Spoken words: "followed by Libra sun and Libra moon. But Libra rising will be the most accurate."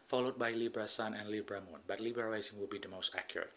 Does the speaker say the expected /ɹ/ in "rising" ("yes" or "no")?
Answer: no